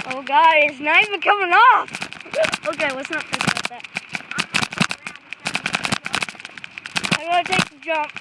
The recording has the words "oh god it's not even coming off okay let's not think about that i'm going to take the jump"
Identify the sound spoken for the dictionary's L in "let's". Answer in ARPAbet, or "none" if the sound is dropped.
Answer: W